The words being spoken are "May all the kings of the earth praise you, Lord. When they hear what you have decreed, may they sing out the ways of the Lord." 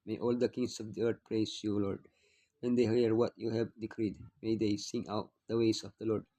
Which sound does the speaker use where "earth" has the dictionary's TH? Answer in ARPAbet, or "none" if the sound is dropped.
T